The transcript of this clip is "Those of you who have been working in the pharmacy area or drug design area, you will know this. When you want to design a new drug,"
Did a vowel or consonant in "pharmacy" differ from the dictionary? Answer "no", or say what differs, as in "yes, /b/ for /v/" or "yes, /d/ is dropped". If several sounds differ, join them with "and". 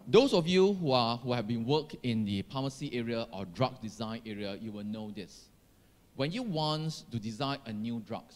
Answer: yes, /p/ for /f/